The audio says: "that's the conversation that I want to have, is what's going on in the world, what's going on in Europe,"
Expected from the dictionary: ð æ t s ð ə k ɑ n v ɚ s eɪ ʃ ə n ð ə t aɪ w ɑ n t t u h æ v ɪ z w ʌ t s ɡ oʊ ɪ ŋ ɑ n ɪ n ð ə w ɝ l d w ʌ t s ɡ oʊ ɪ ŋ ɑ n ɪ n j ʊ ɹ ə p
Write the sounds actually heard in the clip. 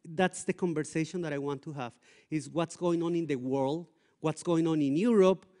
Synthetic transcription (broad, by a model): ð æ t s ð ə k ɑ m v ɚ s eɪ ʃ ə n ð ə t aɪ w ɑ n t t u h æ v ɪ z w ʌ t s ɡ oʊ ɪ ŋ ɑ n ɪ n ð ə w ɝ l d w ʌ t s ɡ oʊ ɪ ŋ ɑ n ɪ n j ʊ ɹ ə p